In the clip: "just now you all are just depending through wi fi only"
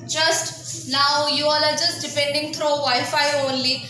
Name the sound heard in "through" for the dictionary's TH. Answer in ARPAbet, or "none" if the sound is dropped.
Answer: T